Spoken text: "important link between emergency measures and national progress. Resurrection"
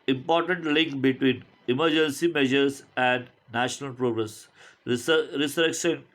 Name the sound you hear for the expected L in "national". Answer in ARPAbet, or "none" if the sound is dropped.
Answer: L